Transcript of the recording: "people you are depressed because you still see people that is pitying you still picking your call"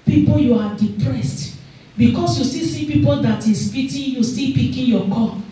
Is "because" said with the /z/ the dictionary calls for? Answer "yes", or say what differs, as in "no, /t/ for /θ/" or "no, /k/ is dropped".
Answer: no, /s/ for /z/